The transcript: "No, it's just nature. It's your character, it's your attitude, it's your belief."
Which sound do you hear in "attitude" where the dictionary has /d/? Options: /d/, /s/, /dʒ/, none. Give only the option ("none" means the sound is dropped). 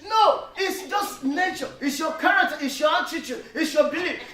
none